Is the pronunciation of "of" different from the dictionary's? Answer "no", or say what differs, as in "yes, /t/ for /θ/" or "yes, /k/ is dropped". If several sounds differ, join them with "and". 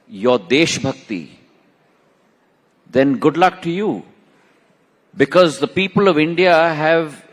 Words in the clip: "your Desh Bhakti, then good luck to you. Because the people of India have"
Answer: no